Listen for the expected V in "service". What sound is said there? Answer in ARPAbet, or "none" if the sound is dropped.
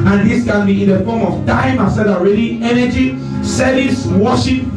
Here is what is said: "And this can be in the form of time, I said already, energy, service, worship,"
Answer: none